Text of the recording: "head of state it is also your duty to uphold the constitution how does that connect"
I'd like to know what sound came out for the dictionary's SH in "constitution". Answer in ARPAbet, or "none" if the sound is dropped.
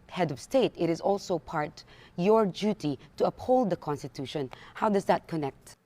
SH